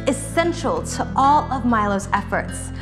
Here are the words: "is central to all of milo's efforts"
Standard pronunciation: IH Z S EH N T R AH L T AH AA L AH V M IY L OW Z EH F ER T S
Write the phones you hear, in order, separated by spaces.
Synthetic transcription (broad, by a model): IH S EH N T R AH L T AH AA L AH V M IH L OW Z EH F ER T S